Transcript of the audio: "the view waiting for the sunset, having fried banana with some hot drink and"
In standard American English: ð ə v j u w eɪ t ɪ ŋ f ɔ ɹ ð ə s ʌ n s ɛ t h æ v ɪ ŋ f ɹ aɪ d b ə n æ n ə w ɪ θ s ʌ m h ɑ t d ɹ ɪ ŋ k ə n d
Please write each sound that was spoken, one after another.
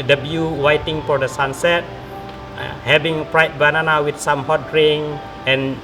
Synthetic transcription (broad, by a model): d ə b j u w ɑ t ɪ ŋ f ɔ ɹ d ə s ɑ n s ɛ t h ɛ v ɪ ŋ p ɹ aɪ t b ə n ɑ n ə w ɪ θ s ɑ m h ɑ t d ɹ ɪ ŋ ə n